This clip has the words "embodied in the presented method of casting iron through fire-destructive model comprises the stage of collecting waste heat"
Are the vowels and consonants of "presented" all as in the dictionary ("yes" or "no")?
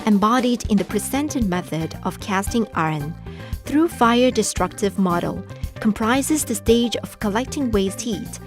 no